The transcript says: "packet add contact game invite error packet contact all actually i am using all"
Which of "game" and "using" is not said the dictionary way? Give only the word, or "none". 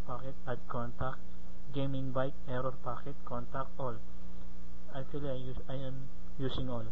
using